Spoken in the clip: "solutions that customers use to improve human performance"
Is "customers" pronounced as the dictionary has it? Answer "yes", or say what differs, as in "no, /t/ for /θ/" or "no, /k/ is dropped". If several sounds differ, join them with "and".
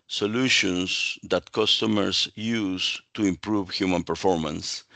no, /s/ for /z/